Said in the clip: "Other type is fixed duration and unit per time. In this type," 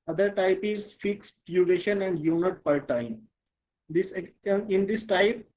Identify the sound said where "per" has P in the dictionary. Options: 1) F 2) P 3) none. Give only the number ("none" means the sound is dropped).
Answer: 2